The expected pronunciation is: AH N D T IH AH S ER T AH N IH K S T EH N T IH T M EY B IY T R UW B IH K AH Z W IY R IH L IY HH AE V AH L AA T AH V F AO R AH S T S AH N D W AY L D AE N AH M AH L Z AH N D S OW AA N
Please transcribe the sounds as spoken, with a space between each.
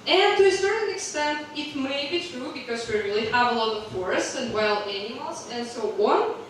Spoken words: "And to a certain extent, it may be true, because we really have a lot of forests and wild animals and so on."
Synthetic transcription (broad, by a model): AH N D T IH AH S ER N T IH K S T EH N T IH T M EY B IY T R UW B IH K AH Z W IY R IH L IY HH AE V AH L AA T AH V F AO R AH S T S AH N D W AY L AE N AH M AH L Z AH N S OW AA N